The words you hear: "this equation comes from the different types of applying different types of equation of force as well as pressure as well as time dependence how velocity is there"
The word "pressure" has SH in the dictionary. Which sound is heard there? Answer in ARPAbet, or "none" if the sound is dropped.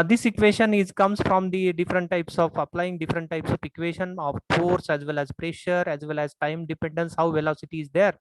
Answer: SH